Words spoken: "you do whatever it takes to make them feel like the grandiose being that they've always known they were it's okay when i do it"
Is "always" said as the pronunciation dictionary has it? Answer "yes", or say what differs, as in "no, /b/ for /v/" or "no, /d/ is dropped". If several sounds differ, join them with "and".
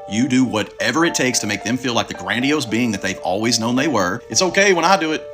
yes